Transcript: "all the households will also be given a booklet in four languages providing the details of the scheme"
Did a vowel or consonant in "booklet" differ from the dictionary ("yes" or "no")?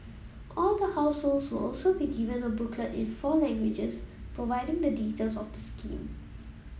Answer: yes